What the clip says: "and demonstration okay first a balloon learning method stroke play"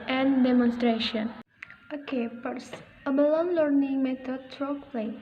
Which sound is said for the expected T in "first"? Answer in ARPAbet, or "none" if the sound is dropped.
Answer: none